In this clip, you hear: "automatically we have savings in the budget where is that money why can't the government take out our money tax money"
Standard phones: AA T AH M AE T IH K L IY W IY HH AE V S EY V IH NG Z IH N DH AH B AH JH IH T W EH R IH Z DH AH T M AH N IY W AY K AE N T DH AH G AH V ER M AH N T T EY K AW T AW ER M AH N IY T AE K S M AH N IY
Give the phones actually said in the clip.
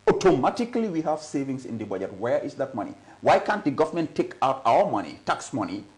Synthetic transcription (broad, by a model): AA T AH M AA T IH K L IY W IY HH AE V S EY V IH NG S IH N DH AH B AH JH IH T W EH R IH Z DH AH T M AH N IY W AY K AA N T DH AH G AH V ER M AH N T T EY K AW T AW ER M AH N IY T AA K S M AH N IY